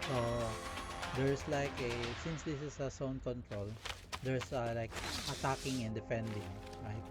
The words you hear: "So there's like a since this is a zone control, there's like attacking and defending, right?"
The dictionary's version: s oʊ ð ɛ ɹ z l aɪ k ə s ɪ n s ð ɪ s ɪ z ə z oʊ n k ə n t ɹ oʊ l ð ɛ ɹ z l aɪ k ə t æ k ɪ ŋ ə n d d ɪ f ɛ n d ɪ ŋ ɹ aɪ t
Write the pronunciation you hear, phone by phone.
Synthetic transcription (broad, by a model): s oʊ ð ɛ ɹ s l aɪ k ə s ɪ n s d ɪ s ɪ s ə s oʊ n k ə n t ɹ oʊ l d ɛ ɹ s l aɪ k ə t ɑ k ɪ ŋ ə n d d ɪ f ɛ n d ɪ ŋ ɹ aɪ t